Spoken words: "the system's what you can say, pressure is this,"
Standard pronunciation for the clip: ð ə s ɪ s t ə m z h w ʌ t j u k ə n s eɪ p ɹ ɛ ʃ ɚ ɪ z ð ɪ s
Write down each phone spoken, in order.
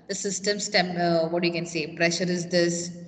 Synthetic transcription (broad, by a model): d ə s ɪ s t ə m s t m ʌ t j u k ə n s eɪ p ɹ ɛ ʃ ɚ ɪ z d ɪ s